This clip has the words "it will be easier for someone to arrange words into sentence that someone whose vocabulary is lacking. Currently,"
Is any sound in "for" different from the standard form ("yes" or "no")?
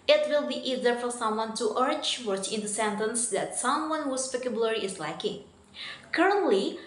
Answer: no